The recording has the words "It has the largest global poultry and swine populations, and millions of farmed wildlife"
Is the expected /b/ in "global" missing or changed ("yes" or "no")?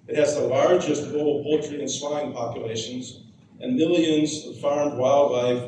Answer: yes